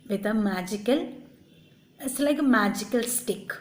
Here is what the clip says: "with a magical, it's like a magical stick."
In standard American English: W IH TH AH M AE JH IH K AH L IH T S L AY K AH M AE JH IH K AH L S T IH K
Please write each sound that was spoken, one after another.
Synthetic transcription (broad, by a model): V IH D AH M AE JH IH K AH L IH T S L AY K M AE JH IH K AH L S T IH K